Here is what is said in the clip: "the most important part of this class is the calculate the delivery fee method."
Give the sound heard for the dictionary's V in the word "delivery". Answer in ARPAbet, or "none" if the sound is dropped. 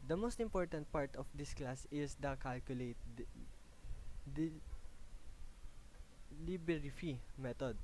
B